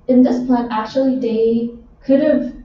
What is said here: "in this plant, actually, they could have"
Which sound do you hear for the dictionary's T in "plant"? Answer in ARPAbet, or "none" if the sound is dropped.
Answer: none